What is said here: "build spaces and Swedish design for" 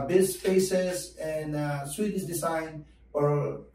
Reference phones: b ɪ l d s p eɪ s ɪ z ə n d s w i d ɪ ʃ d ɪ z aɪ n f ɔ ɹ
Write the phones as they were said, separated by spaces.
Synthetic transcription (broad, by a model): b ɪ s f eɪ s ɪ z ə n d s w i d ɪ s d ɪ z aɪ n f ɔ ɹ